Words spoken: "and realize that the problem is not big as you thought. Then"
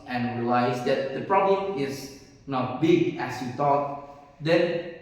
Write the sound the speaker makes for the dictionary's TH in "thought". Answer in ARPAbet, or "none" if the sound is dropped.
T